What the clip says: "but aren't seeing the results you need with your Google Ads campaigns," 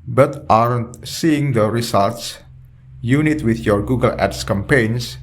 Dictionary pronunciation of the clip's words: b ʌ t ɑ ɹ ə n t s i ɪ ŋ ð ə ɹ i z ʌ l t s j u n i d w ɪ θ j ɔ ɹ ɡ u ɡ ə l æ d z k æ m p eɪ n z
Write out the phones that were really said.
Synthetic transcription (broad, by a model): b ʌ t ɑ ɹ ə n t s i ɪ ŋ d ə ɹ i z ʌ l t s j u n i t w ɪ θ j ɔ ɹ ɡ u ɡ ə l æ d s k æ m p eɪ n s